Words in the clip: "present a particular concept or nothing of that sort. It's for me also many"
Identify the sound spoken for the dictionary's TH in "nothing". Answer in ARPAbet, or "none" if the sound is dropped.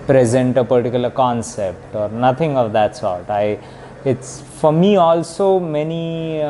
T